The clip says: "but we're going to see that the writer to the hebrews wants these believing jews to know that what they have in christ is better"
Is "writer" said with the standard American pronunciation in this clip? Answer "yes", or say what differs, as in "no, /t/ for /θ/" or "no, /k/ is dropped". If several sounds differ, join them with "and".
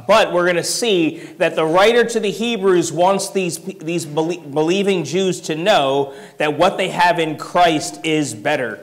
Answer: yes